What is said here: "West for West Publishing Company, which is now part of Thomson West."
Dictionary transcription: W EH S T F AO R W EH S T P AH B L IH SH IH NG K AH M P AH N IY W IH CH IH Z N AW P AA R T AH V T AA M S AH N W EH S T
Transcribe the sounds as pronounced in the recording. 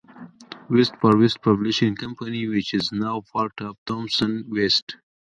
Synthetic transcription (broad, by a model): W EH S T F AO R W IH S T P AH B L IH SH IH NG K AH M P AH N IY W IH CH IH Z N AW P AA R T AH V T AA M S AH N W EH S T